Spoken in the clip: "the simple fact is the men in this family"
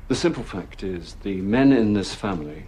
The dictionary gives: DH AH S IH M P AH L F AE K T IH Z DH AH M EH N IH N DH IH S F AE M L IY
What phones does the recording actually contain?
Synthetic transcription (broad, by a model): DH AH S IH M P AH L F AE K T IH Z DH AH M EH N IH N DH IH S F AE M L IY